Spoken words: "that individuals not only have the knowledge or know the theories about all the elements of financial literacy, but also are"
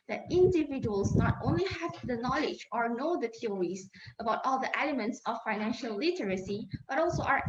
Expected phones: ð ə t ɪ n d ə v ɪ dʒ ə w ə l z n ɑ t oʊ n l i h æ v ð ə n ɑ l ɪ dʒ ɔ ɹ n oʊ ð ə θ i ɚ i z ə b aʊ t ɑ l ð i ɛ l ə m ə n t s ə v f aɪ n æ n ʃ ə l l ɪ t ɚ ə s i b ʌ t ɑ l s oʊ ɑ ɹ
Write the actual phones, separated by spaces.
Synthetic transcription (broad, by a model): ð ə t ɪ n d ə v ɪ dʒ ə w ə l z n ɑ t oʊ n l i h æ v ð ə n ɑ l ɪ dʒ ɔ ɹ n oʊ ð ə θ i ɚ i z ə b aʊ t ɑ l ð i ɛ l ə m ə n t s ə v f aɪ n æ n ʃ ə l l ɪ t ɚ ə s i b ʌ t ɑ l s oʊ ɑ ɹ